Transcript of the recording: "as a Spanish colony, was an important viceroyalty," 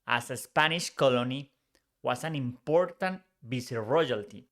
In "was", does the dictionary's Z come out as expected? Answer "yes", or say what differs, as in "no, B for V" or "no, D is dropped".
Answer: no, S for Z